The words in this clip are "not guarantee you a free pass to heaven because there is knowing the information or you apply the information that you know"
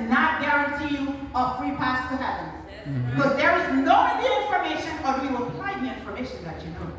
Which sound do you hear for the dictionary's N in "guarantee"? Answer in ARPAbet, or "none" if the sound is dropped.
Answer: N